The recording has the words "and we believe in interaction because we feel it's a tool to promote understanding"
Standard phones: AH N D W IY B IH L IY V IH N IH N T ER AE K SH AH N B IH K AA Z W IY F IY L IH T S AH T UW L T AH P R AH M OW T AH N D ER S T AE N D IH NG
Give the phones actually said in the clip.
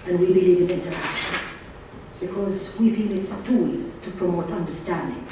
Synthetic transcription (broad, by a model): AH N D W IY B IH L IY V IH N IH N T ER AE K SH AH N B IH K AA Z W IY F IY L IH T S AH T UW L T AH P R AH M OW T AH N D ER S T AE N D IH NG